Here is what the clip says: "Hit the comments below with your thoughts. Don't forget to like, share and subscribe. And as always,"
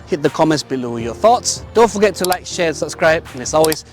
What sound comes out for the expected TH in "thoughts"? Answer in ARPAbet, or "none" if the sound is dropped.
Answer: TH